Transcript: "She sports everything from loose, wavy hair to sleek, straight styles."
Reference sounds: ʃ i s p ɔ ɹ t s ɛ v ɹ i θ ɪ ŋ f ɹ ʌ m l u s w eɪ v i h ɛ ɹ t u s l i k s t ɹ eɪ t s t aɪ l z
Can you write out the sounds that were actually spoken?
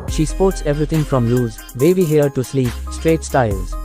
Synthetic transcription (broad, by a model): ʃ i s p ɔ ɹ t s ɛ v ɹ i t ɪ ŋ f ɹ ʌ m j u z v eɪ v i h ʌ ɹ t u s l i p s t ɹ eɪ t s t aɪ l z